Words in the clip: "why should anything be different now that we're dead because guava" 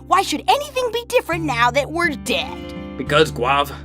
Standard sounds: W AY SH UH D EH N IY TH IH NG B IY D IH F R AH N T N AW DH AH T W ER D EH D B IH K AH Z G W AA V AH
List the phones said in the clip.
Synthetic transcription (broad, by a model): W AY SH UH D EH N IY TH IH NG B IY D IH F R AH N N AW DH AH T W ER D EH D B IH K AH Z G W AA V